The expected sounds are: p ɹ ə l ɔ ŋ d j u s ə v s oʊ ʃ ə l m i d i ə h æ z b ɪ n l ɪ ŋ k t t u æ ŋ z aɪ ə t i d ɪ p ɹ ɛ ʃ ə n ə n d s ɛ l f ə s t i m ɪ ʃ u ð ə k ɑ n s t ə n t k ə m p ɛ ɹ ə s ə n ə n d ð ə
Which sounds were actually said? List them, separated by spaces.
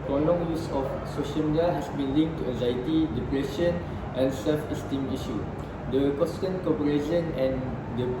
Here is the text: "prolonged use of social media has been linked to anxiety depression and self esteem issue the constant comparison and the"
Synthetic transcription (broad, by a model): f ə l ɔ ŋ j u s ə f s oʊ ʃ ə l m i d i ə h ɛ s b ɪ n l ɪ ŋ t t u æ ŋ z aɪ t i d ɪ p ɹ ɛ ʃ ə n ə n s ɛ l f ə s t i m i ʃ u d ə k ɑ s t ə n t k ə p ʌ ɹ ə ʃ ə n ə n d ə